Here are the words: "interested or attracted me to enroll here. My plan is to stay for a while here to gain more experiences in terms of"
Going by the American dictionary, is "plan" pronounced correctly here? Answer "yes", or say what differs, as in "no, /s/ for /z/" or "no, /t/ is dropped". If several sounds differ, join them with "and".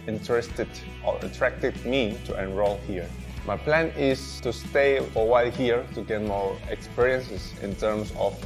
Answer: yes